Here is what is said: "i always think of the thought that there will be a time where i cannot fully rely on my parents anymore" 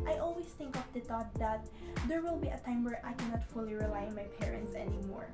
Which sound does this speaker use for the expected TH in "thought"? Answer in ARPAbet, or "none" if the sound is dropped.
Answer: T